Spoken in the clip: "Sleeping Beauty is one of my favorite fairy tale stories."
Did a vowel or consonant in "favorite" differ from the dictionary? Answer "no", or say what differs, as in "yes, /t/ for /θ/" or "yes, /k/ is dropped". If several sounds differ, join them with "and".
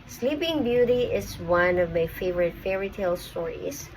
no